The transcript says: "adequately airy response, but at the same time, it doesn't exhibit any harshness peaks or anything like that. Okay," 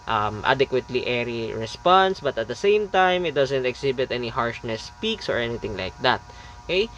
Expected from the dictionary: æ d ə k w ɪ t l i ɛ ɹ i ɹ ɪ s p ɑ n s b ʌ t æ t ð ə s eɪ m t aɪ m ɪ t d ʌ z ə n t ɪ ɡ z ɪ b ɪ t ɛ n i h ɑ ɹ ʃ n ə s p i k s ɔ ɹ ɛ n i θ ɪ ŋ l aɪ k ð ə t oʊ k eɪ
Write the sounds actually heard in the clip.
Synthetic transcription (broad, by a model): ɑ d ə k w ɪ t l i ɛ ɹ i ɹ ɪ s p ɑ n s b ʌ t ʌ t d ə s eɪ m t aɪ m ɪ t d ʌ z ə n t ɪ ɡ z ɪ b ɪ t ɛ n i h ɑ ɹ ʃ n ə s p i k s ɔ ɹ ɛ n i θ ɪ ŋ l aɪ k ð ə t oʊ k eɪ